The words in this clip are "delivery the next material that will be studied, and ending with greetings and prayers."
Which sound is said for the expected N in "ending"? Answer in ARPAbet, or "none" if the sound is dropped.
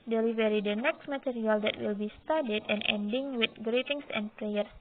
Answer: N